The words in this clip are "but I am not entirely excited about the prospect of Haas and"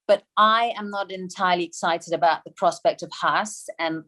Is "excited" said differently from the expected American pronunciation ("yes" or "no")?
no